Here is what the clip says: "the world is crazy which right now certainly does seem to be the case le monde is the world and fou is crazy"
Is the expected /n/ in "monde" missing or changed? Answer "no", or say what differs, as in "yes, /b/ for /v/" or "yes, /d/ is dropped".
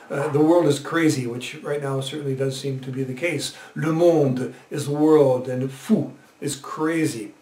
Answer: no